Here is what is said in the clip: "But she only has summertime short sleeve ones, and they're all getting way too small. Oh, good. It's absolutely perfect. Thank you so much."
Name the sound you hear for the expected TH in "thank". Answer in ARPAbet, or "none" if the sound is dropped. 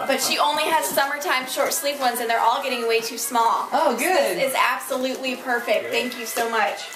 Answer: TH